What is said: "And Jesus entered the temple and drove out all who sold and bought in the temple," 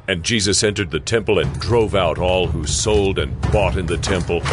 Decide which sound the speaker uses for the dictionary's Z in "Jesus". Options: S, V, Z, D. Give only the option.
Z